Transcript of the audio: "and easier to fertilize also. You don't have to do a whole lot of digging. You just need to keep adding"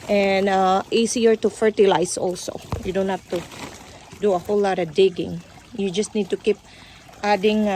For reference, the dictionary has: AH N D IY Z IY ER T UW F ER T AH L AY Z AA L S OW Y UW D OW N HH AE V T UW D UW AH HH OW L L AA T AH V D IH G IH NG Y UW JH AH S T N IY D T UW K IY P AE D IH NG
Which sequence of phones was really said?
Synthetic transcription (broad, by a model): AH N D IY S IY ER T UW F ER T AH L AY S AA L S OW Y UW D OW N HH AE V T UW D UW AH HH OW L L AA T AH D IH G IH NG Y UW JH AH S T N IY D T UW K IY P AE D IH NG